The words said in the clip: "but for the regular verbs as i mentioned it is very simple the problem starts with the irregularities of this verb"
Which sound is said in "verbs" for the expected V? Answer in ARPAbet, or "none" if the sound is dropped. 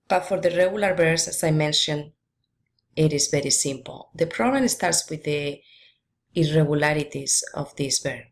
B